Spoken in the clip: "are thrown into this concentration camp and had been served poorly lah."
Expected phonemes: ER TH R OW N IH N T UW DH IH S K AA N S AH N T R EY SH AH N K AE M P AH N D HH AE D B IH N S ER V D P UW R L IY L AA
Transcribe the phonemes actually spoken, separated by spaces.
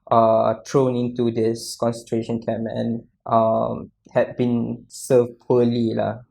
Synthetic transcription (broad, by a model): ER T R OW N IH N T UW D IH S K AA N S AH N T R EY SH AH N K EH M AH N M HH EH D B IH N S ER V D P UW L IY L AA